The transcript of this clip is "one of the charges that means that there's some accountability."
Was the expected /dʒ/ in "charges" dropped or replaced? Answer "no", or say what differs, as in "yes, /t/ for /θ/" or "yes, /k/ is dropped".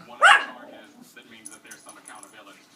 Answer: yes, /dʒ/ is dropped